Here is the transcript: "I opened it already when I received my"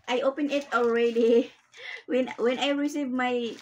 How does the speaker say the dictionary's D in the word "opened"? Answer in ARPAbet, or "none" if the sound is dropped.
none